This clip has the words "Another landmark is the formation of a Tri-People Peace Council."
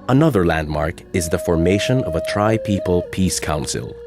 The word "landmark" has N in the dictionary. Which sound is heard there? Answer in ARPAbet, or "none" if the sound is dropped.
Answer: N